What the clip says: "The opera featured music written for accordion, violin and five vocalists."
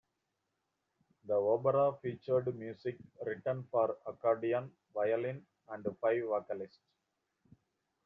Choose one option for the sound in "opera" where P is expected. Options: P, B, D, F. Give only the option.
B